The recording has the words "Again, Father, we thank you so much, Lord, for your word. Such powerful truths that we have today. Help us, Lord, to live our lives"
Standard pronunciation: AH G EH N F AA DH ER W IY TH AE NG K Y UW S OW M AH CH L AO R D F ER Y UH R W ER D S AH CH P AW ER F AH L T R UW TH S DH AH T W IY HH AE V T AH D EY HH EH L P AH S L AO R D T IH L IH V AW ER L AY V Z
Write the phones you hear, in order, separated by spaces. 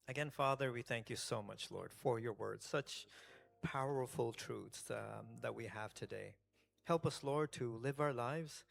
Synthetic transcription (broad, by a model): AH G EH N F AA DH ER W IY TH AE NG K Y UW S OW M AH CH L AO R D F ER Y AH R W ER D S AH CH P AW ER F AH L T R UW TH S DH AH T W IY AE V T AH D EY HH EH L P AH S L AO R D T IH L IH V AW ER L AY V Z